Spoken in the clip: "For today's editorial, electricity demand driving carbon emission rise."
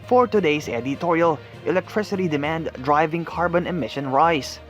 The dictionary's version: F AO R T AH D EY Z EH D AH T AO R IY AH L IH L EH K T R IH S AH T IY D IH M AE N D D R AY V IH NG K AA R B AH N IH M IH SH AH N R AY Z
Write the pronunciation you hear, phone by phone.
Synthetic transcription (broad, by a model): F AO R T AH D EY S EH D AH T AO R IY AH L IH L EH K T R IH S AH T IY D IH M AE N D D R AY V IH NG K AA R B AH N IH M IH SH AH N R AY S